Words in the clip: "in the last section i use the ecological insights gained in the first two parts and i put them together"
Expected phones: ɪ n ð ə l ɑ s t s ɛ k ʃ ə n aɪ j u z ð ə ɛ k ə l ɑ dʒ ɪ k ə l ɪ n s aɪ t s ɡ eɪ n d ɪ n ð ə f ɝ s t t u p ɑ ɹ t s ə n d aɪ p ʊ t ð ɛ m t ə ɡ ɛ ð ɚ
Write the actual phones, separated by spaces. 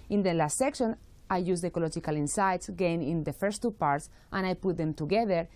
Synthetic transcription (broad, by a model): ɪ n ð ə l ɑ s t s ɛ k ʃ ə n aɪ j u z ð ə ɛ k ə l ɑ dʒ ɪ k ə l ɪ n s aɪ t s ɡ eɪ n ɪ n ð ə f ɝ s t t u p ɑ ɹ t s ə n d aɪ p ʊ t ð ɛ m t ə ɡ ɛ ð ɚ